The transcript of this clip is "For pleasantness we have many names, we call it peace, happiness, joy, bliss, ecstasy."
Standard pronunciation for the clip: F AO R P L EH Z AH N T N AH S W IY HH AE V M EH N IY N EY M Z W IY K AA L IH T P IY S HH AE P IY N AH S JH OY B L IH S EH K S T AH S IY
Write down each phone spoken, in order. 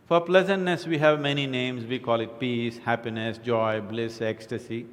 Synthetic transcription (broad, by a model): F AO R P L EH Z AH N T N AH S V IY HH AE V M EH N IY N EY M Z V IY K AA L IH T P IY S HH AE P IY N AH S JH OY B L IH S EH K S T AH S IY